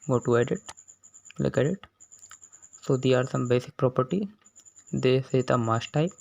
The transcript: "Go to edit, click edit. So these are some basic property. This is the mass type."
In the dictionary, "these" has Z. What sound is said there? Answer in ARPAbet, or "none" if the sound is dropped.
none